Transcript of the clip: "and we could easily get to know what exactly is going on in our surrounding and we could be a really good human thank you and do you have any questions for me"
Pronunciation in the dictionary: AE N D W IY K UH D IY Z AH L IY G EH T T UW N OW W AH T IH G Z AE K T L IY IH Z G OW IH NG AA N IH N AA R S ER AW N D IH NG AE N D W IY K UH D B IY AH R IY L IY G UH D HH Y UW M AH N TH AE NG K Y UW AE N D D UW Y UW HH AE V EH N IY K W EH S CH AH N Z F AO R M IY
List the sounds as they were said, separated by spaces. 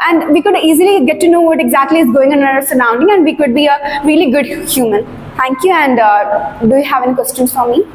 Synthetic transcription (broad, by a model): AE N D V IY K UH D IY Z AH L IY G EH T T UW N OW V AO T IH G Z AE K T L IY IH Z G OW IH NG AA N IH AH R S ER AW N D IH NG AE N D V IY K UH D B IY AH R IY L IY G UH D HH Y UW M AH N T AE NG K Y UW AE N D D UW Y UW HH AE V EH N IY K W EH S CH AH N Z F AO R M IY